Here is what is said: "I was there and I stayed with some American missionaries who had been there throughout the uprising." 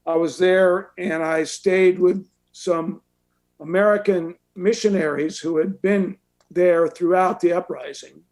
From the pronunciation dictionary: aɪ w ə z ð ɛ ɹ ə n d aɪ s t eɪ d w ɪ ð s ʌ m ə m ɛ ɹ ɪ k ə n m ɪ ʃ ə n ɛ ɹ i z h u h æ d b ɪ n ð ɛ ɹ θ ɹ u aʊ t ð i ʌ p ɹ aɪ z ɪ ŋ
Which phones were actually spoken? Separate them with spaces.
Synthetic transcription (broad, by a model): aɪ w ə z ð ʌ ɹ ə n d aɪ s t eɪ d w ɪ ð s ʌ m ə m ɛ ɹ ɪ k ə n m ɪ ʃ ə n ɛ ɹ i z h u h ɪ d b ɪ n ð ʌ ɹ θ ɹ u aʊ t ð i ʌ p ɹ aɪ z ɪ ŋ